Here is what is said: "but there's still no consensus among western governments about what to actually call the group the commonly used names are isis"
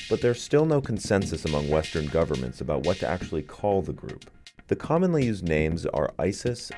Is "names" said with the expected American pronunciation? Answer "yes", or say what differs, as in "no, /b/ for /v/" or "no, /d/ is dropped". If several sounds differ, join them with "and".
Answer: yes